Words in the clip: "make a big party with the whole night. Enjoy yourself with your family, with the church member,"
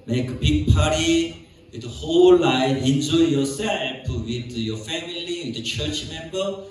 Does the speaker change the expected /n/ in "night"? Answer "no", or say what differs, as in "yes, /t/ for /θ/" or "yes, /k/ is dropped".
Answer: yes, /l/ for /n/